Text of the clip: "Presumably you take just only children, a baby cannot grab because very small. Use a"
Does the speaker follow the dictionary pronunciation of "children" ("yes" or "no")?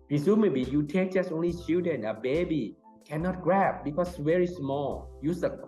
no